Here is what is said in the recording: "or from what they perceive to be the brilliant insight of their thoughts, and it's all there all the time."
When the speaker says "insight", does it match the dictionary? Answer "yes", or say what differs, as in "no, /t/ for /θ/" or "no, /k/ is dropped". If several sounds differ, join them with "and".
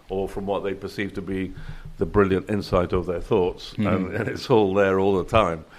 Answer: yes